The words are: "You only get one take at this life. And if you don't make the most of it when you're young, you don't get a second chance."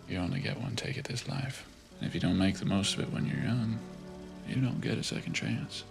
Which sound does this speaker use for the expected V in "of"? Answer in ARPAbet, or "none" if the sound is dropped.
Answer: V